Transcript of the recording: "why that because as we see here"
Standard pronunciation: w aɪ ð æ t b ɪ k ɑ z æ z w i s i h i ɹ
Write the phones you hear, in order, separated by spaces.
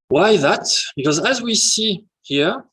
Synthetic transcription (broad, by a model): w aɪ ð æ t b ɪ k ɑ z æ z w i s i h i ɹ